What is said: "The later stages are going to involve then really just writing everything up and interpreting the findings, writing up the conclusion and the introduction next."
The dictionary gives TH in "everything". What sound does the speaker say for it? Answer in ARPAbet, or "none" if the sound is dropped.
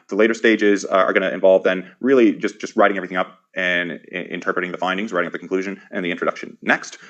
TH